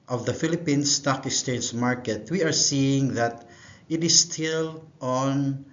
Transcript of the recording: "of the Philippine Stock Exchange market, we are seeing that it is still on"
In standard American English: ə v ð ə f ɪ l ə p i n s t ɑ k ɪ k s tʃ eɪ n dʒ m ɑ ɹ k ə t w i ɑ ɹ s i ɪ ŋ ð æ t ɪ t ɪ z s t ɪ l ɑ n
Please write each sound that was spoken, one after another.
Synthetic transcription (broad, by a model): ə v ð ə f ɪ l ə p i n s t ɑ k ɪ s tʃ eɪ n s m ɑ ɹ k ə t w i ɑ ɹ s i ɪ ŋ ð æ t ɪ t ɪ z s t ɪ l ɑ n